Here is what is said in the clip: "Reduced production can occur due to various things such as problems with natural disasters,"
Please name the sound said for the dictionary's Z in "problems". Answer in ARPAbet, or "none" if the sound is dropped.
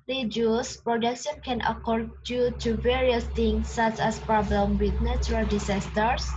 none